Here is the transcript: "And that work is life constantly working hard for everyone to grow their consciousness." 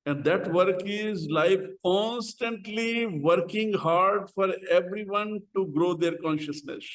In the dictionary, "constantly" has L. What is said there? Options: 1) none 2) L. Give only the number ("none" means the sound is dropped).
2